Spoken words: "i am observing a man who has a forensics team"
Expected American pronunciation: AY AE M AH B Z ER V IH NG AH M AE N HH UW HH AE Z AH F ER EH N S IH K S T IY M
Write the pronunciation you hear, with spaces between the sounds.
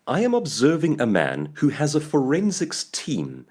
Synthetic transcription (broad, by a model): AY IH M AH B Z ER V IH NG AH M AE N HH UW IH Z AH F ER EH N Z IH K S T IY M